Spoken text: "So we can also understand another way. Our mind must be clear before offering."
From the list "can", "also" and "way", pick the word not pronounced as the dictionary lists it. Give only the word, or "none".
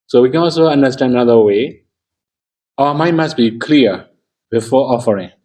none